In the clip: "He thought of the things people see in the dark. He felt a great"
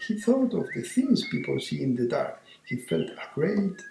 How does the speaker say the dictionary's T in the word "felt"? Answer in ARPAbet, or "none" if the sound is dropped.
T